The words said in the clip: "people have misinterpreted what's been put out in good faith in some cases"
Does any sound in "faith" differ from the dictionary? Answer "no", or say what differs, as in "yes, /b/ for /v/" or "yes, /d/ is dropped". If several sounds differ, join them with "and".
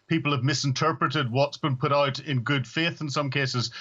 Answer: no